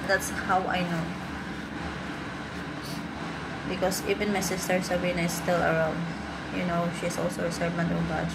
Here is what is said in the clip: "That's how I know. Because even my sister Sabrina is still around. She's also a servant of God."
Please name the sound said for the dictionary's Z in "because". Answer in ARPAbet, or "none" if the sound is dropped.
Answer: S